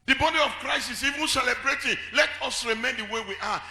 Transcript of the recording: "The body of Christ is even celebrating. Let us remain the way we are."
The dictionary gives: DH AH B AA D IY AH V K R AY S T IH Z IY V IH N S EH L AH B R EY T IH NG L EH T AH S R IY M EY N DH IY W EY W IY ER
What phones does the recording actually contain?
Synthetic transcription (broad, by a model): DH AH B AA D IY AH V K R AY S IH S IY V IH N S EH L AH B R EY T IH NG L EH T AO S R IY M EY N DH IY W EY W IY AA